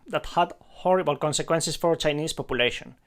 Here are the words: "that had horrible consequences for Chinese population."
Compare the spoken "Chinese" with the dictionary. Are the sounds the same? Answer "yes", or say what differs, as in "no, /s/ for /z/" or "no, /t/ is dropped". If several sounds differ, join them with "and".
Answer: no, /s/ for /z/